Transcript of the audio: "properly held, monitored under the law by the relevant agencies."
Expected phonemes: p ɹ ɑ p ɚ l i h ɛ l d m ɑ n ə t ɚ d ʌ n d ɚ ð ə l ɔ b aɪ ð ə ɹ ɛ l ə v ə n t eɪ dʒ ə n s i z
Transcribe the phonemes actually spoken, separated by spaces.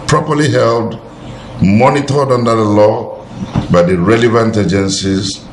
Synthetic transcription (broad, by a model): p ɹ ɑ p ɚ l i h ɛ l d m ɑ n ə t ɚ d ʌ n d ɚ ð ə l ɔ b aɪ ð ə ɹ ɛ l ə v ə n t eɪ dʒ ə n s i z